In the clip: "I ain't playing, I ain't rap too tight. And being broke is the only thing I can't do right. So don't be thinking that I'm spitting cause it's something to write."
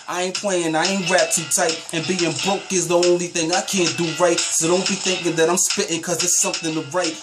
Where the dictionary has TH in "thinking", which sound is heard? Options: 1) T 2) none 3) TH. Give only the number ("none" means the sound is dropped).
3